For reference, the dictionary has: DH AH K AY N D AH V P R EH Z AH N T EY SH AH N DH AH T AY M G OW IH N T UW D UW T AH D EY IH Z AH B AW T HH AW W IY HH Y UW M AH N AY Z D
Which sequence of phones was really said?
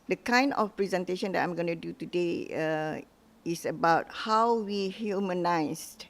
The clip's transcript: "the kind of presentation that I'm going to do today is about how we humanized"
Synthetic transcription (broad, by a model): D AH K AY N D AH F P R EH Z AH N T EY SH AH N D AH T AY M G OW N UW D UW T AH D EY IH S AH B AW T HH AW W IY HH Y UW M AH N AY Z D